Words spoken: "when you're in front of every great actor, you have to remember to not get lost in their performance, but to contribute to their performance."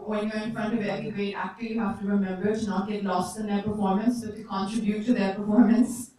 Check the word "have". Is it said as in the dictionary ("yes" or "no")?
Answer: no